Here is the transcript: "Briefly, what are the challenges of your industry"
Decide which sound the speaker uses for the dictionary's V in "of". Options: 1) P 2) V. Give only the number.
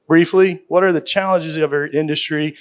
2